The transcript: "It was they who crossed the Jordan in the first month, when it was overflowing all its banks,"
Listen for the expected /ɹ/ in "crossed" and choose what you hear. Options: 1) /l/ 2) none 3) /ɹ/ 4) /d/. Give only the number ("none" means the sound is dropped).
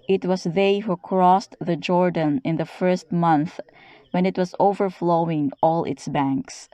3